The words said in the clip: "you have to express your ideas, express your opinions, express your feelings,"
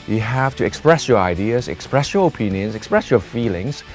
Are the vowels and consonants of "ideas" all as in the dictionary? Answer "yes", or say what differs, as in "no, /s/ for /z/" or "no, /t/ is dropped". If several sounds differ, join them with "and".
yes